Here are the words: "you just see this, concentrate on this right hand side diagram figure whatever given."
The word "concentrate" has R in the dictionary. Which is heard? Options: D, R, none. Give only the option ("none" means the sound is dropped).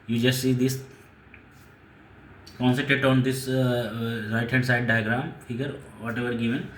none